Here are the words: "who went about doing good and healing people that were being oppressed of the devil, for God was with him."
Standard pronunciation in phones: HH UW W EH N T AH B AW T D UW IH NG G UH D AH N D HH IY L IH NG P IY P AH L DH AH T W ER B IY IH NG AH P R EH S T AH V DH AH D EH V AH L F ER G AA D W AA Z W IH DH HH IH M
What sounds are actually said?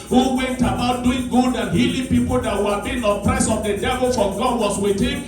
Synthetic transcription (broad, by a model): HH UW W EH N T AH B AW T D UW IH NG G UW D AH N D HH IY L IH P IY P AH L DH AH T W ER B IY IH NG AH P R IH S AH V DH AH D EH V AH L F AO G AA D W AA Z W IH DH HH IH M